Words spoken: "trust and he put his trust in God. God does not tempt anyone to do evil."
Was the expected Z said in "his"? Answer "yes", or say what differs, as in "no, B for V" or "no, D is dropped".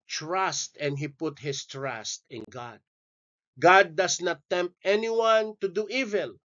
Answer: no, S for Z